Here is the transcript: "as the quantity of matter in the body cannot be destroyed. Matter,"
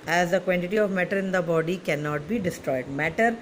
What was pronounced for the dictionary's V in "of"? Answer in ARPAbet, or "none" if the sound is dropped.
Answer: V